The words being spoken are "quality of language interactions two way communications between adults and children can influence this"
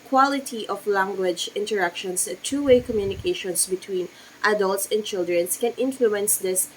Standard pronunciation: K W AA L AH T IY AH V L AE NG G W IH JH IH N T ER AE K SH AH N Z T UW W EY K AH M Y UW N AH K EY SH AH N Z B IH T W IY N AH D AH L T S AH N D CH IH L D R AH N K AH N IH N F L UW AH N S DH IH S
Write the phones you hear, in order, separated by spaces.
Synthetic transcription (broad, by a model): K W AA L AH T IY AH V L AE NG G W IH JH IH N T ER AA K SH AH N S T UW W EY K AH M Y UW N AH K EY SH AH N S B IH T W IY N AH D AH L T S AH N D CH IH L D R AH N K AH N IH N F L UW AH N S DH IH S